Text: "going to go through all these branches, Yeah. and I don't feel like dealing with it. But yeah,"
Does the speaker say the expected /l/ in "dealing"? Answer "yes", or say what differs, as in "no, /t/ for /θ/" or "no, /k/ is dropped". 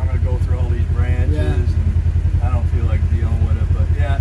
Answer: no, /l/ is dropped